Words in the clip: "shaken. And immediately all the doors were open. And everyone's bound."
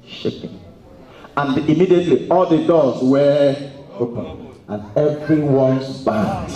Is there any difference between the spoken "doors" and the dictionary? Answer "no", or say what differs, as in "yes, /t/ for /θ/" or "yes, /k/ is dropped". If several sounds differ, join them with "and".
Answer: yes, /l/ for /ɹ/